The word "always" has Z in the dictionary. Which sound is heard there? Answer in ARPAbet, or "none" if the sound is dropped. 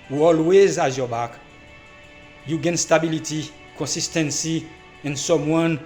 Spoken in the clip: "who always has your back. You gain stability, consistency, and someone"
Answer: Z